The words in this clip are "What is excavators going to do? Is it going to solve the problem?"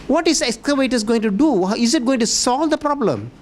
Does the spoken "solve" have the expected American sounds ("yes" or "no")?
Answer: yes